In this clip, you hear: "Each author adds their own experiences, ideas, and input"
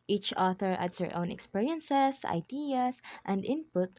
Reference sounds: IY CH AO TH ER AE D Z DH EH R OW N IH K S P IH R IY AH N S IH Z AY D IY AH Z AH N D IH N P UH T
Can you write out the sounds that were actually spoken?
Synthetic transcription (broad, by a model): IY CH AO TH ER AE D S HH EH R OW N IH K S P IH R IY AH N S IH S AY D IY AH S AH N D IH N P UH T